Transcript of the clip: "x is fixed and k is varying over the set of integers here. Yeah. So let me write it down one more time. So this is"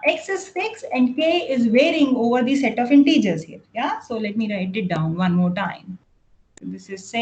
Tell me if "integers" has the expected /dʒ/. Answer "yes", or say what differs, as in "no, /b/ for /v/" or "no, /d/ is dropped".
yes